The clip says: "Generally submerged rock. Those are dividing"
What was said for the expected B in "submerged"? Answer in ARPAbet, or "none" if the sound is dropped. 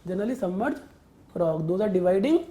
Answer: none